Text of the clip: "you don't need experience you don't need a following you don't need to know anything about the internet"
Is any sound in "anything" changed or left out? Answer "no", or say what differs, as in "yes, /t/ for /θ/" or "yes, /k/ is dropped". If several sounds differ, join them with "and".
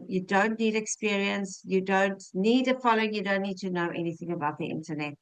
no